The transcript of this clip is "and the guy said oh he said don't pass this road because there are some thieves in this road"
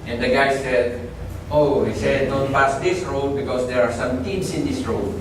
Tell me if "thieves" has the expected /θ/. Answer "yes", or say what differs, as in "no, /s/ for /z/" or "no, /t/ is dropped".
no, /t/ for /θ/